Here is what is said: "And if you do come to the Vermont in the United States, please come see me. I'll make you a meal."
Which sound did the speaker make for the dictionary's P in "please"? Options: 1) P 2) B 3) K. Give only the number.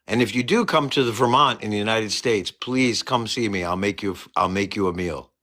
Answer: 1